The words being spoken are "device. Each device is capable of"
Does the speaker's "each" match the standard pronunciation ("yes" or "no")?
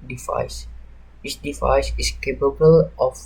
no